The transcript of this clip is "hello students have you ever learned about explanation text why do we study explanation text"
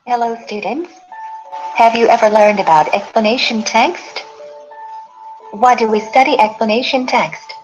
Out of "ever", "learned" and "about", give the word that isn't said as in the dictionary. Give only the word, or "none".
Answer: none